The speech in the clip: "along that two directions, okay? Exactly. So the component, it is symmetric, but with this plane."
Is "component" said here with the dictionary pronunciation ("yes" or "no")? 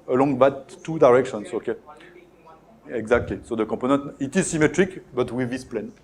no